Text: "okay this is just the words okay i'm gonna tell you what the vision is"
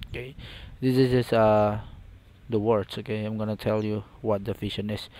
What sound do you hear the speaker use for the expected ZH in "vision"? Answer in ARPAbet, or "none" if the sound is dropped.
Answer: SH